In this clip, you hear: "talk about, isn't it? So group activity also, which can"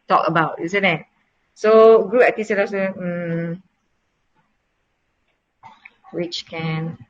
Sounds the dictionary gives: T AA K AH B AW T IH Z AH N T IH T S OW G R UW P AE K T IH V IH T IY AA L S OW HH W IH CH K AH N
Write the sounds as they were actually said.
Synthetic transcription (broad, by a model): T AA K AH B AW T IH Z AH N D IH T S OW G R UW AE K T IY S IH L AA S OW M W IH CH K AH N